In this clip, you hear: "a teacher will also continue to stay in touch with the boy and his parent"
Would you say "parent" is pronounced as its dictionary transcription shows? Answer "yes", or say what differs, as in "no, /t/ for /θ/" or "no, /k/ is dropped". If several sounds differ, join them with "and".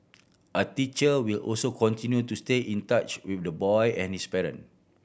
no, /t/ is dropped